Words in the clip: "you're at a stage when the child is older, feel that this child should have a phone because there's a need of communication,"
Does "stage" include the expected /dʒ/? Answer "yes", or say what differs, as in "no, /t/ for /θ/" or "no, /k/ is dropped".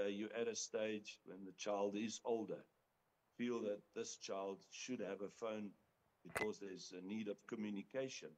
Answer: yes